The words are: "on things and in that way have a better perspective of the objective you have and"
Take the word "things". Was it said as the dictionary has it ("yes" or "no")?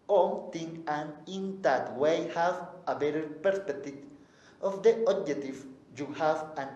no